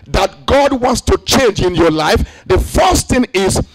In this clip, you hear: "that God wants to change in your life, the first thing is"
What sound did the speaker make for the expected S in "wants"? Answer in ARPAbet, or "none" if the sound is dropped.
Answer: S